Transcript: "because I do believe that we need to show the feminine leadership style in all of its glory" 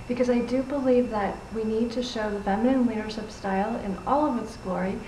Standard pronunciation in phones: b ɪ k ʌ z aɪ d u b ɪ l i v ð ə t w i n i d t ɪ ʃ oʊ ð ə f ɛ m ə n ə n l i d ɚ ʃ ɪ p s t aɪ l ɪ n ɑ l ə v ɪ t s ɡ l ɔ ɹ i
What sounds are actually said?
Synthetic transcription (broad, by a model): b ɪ k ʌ z aɪ d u b ɪ l i v ð ə t w i n i d t ɪ ʃ oʊ ð ə f ɛ m ə n ə n w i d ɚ ʃ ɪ p s t aɪ l ɪ n ɑ l ə v ɪ t s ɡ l ɔ ɹ i